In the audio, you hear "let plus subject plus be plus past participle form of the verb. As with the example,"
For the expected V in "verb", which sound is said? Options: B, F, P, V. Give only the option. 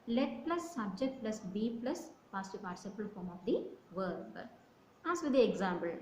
V